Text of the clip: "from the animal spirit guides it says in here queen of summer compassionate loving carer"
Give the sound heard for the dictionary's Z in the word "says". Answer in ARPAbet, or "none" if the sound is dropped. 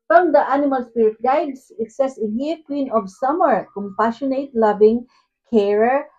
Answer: S